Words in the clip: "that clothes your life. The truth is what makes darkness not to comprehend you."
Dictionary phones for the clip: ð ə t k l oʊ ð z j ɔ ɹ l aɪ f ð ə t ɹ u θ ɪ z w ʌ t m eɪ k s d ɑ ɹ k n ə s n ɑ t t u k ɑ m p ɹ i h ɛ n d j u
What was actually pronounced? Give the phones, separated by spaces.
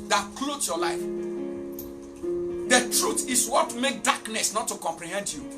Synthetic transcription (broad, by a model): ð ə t k l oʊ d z j ɔ l aɪ f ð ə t ɹ u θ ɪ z w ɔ t m eɪ k d ɑ k n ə s n ɑ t t u k ɑ m p ɹ i h ɛ n d j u